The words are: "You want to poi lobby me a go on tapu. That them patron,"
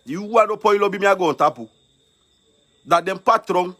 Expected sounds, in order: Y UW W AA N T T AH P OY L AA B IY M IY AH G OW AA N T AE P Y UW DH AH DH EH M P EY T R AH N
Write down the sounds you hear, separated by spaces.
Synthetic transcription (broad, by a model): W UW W AA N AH P OY L AA B IY M IY AH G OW AA N T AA P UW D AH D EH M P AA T R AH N